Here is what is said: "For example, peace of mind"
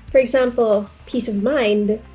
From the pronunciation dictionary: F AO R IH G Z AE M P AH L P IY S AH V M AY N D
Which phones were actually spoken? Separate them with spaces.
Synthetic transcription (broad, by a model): F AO R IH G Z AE M P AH L P IY S AH V M AY N D